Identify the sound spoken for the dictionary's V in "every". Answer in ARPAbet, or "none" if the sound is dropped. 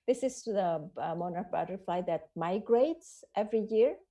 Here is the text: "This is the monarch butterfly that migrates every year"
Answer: V